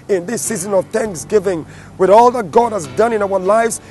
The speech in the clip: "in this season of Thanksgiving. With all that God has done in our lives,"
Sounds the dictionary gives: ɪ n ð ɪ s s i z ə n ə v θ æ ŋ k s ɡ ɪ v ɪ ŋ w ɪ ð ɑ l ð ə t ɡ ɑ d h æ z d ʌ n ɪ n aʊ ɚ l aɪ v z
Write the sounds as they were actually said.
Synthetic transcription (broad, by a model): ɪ n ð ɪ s s i z ə n ə v θ æ ŋ k s ɡ ɪ v ɪ ŋ w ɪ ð ɑ l ð ə t ɡ ɑ d h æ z d ʌ n ɪ n aʊ ɚ l aɪ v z